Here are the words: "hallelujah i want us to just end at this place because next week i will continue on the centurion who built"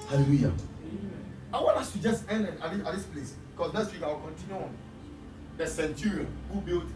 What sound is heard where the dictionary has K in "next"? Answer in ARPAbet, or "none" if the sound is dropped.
none